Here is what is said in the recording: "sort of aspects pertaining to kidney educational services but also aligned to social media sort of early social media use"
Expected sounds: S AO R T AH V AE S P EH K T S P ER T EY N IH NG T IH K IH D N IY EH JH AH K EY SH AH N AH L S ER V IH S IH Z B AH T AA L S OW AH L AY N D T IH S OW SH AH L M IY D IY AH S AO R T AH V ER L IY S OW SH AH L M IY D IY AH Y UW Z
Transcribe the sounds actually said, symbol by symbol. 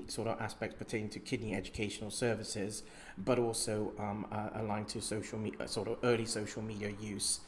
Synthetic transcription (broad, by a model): S AO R T AH V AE S P EH K T S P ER T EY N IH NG T IH K IH D N IY EH JH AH K EY SH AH N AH L S ER V IH S IH Z B AH T AA L S OW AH L AY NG T IH S OW SH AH L M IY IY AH S AO R T AH V ER L IY S OW SH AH L M IY D IY AH Y UW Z